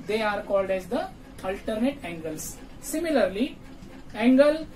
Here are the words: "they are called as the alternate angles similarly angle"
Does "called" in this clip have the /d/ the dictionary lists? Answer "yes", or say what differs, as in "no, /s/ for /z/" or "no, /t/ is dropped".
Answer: yes